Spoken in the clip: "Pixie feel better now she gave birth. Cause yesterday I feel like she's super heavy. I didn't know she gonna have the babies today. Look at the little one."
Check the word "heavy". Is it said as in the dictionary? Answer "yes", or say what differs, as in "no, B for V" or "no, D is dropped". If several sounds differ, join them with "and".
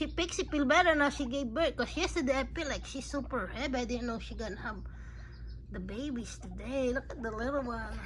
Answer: no, B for V